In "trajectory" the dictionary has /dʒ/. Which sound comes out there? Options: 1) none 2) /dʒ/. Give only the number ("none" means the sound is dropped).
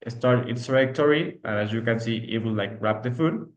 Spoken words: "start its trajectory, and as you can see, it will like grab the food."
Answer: 1